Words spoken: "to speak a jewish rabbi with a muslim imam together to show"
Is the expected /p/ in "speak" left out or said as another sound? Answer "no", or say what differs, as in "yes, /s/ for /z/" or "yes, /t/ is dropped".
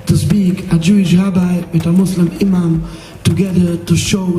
yes, /b/ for /p/